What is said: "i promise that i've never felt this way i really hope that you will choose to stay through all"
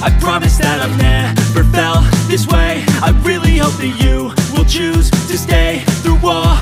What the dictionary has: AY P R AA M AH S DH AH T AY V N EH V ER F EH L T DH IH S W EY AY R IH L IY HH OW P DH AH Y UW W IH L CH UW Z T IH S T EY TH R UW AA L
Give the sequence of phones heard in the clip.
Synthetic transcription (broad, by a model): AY P R AA M AH S DH AH T AY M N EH P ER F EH L DH IH S W EY AY R IH L IY HH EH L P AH Y UW W IH L CH UW Z T IH S T EY TH R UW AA